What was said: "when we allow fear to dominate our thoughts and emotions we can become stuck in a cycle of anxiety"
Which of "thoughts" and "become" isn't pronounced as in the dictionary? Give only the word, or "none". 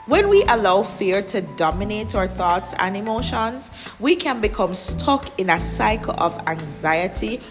none